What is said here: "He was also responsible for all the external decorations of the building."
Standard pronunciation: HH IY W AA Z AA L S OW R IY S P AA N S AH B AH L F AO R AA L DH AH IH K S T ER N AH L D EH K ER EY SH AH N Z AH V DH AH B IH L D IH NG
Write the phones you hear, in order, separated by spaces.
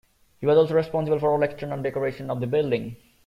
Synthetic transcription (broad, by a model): HH IY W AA Z AA L S OW R IY S P AA N S AH B AH L F AO R AA L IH K S T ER N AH N D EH K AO EY SH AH N AH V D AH B IH L D IH NG